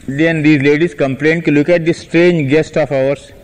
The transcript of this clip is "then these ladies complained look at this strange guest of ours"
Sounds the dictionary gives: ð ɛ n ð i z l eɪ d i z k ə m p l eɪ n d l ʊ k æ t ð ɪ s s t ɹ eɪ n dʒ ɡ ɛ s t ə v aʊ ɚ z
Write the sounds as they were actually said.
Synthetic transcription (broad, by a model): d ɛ n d i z l eɪ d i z k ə m p l eɪ n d l ʊ k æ t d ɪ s s t ɹ eɪ n dʒ ɡ ɛ s t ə f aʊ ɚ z